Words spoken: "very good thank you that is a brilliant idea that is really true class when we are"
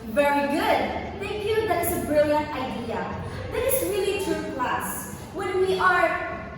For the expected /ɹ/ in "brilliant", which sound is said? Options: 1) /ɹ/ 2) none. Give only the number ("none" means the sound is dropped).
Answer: 1